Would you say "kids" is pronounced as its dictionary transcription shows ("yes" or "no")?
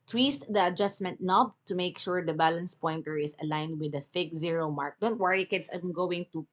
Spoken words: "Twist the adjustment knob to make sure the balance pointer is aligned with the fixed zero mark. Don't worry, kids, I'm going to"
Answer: no